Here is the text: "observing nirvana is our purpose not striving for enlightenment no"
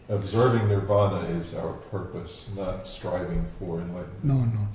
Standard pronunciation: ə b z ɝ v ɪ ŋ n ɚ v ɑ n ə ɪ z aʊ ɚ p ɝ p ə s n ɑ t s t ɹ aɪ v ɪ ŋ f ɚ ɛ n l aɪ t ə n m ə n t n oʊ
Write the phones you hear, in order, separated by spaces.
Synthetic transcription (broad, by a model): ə b z ɝ v ɪ ŋ n ɚ v ɑ n ə ɪ z aʊ ɚ p ɝ p ə s n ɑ t s t ɹ aɪ v ɪ ŋ f ɚ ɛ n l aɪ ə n ə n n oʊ